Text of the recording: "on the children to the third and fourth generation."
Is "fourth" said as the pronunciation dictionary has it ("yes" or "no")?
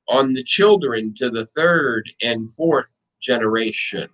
yes